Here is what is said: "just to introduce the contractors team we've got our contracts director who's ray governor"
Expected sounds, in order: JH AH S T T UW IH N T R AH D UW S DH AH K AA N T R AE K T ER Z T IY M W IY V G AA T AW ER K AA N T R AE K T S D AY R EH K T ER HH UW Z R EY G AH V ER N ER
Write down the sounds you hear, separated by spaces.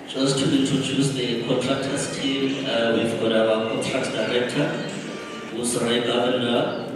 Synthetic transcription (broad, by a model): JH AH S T T UW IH N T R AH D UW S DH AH K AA N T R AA K T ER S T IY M W IY V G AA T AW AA K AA N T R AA K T D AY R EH K T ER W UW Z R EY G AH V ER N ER